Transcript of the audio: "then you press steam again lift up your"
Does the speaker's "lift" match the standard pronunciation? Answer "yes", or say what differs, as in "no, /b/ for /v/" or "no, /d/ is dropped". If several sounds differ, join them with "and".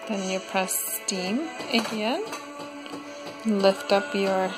yes